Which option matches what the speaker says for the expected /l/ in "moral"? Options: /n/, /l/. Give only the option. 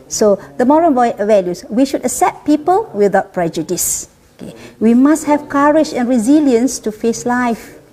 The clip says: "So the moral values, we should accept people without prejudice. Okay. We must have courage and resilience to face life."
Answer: /n/